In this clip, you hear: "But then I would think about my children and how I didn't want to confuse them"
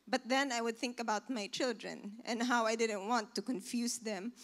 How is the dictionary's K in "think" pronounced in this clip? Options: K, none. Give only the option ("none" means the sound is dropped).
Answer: K